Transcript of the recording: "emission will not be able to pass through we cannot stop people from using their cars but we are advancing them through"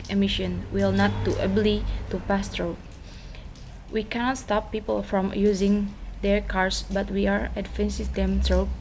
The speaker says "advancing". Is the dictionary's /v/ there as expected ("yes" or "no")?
no